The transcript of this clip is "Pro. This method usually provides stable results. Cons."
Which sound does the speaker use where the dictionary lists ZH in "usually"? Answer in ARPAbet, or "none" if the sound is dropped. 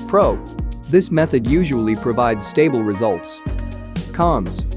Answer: ZH